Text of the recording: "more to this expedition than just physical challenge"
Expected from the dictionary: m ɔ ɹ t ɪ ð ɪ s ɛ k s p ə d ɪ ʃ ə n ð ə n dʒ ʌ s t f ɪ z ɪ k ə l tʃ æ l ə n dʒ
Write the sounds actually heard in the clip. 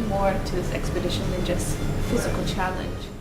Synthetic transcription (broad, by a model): m ɔ ɹ t ɪ ð ɪ s ɛ k s p ə d ɪ ʃ ə n ð ə n dʒ ʌ s t f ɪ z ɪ k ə l tʃ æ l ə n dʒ